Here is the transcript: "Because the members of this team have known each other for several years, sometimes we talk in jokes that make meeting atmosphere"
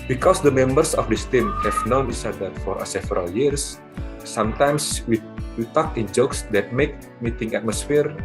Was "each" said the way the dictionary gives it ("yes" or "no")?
no